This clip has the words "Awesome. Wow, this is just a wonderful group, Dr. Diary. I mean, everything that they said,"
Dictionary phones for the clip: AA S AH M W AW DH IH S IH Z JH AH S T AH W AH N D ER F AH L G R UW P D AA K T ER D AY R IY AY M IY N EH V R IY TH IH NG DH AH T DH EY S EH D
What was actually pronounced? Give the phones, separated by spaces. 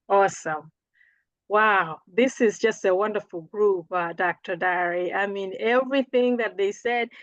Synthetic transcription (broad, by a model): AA S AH M W AW DH IH S IH Z JH AH S T AH W AH N D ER F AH L G R UW P D AA K T ER D AY R IY AY M IY N EH V R IY TH IH NG DH AH T DH EY S EH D